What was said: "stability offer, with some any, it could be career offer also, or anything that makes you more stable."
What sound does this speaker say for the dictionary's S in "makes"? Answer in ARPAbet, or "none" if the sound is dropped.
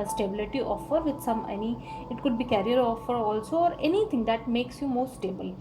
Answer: S